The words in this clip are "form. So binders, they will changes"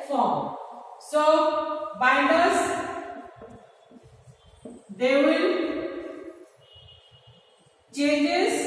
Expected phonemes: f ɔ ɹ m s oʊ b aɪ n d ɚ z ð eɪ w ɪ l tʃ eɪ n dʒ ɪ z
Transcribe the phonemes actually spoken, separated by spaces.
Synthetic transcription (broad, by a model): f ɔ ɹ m s oʊ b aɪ d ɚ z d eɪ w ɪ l tʃ eɪ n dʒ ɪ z